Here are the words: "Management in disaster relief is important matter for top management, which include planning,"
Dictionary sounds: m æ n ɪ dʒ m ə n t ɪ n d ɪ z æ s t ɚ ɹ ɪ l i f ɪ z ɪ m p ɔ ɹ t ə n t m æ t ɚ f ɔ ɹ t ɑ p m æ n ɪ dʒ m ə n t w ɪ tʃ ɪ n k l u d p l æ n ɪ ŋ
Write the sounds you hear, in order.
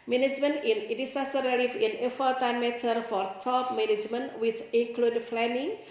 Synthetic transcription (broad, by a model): m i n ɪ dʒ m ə n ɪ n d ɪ s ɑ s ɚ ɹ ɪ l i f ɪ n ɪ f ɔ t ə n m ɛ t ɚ f ɔ ɹ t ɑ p m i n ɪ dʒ m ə n w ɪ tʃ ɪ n k l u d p l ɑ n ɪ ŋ